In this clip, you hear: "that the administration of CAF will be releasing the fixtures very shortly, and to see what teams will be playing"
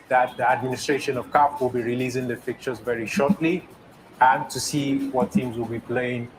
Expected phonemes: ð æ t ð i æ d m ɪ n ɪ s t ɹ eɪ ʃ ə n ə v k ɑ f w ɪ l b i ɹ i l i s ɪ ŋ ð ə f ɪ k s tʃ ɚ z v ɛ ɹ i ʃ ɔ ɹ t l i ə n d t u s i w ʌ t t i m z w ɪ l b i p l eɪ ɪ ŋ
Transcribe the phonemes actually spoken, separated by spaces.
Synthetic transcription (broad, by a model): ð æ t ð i æ d m ɪ n ɪ s t ɹ eɪ ʃ ə n ə v k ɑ p w ɪ l b i ɹ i l i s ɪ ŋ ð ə p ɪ k tʃ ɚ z v ɛ ɹ i ʃ ɔ ɹ t l i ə n t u s i w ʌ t t i m z w ɪ l b i p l eɪ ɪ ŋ